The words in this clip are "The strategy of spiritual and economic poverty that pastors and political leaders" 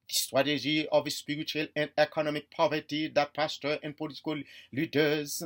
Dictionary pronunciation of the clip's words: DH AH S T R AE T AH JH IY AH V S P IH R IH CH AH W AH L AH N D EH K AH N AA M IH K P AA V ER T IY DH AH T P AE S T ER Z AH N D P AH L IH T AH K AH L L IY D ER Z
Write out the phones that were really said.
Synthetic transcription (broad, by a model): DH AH S T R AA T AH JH IY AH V S P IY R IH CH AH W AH L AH N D EH K AH N AA M IH K P AA V ER T IY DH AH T P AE S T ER AH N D P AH L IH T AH K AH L L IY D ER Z